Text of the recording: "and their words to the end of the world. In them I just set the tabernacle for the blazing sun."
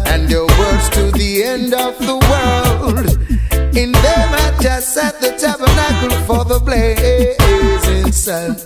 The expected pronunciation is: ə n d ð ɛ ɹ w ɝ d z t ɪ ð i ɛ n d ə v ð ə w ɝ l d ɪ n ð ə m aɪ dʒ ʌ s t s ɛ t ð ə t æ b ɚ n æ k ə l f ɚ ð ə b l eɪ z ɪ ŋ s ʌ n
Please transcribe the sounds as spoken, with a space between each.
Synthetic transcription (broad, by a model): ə n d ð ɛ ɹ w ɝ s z t ɪ ð i ɛ n d ə v ð ə w ɝ l d ɪ n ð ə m aɪ dʒ ʌ s t s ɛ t ð ə t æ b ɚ n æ k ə l f ɚ ð ə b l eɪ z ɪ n s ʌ